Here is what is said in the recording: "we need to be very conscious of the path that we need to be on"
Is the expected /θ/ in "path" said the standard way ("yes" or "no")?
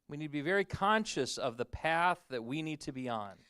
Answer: yes